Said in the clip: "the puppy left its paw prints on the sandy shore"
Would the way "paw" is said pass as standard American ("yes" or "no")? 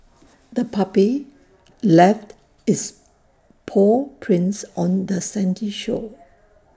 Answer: yes